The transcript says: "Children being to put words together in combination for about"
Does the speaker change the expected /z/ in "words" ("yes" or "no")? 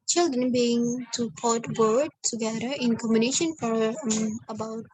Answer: yes